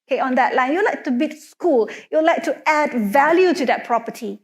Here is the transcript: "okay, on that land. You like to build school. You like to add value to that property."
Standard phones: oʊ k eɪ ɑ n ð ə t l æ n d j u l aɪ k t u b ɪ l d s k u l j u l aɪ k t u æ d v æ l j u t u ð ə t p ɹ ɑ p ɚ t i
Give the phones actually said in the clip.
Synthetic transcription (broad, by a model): k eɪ ɑ n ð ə t l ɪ n j u l aɪ k t u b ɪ d s k u l j u l aɪ k t u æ d v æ l j u t u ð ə t p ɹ ɑ p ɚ t i